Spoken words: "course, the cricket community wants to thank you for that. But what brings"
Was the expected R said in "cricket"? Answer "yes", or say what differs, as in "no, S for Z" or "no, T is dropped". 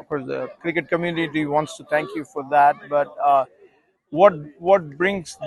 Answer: yes